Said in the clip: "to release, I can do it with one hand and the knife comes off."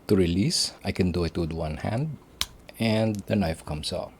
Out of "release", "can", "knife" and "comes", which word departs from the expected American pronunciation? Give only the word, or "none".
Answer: comes